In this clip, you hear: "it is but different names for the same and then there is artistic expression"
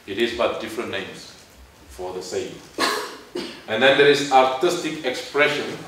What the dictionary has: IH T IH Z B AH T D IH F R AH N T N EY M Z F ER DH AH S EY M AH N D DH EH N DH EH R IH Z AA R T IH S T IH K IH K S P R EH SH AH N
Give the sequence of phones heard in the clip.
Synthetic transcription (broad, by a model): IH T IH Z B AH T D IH F R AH N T N EY M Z F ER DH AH S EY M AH N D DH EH N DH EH R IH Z AA R T IH S T IH K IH K S P R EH SH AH N